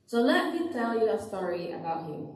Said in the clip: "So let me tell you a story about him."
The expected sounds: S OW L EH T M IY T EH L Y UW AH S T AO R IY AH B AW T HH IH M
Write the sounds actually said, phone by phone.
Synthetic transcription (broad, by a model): S OW L EH T M IY T EH L Y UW AH S T AO R IY AH B AW T HH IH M